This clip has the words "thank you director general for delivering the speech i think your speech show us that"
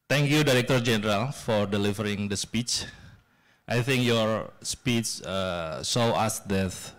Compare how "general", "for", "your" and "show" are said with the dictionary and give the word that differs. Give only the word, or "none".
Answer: show